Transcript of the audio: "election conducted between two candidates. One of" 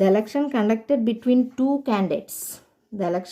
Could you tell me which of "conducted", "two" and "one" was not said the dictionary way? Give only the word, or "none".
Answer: one